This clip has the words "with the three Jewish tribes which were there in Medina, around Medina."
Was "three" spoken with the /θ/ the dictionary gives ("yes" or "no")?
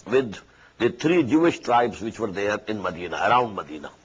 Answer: no